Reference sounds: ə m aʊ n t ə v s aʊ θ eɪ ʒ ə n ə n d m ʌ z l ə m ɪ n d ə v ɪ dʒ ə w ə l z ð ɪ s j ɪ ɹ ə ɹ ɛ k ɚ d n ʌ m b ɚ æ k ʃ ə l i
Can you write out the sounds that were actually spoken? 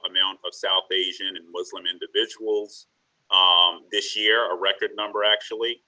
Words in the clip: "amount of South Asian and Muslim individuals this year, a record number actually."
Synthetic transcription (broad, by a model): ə m aʊ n t ə v s aʊ θ eɪ ʒ ə n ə n m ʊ z l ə m ɪ n d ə v ɪ dʒ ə w l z ð ɪ s j ɪ ɹ ə ɹ ɛ k ɚ d n ʌ m b ɚ æ k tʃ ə l i